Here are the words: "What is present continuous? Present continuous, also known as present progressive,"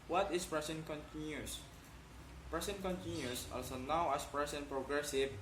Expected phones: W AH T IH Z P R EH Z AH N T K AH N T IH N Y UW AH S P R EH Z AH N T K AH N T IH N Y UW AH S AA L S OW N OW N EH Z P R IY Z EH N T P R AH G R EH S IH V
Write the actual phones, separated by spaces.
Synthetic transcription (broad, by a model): W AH T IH S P R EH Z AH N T K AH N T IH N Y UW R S P R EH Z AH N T K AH N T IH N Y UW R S AA L S OW N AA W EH S P R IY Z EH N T P R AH G R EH S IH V